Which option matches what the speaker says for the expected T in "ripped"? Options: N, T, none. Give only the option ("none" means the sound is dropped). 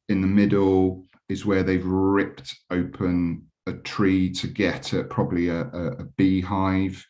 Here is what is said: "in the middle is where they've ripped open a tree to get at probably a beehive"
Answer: T